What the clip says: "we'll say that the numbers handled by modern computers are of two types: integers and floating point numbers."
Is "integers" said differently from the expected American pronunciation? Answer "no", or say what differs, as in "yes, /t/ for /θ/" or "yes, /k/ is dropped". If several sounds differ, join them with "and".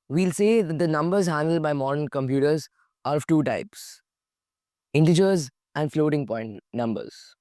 no